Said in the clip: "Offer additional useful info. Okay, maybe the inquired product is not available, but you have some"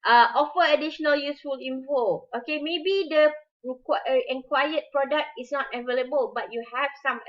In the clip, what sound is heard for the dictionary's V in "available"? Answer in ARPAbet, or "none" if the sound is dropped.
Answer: V